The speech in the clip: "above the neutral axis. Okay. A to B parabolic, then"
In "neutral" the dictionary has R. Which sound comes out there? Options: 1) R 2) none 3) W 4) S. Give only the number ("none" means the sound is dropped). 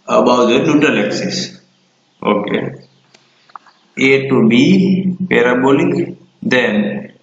2